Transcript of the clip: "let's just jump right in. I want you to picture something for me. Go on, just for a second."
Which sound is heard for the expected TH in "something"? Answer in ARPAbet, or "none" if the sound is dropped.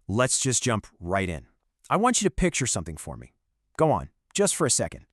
TH